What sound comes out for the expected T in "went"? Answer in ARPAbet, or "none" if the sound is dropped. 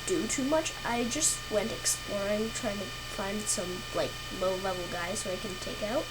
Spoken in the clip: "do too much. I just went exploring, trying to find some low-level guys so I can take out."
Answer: T